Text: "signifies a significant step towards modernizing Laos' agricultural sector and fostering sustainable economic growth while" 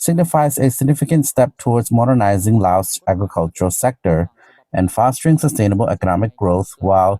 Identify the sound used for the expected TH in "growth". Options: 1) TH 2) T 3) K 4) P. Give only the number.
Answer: 1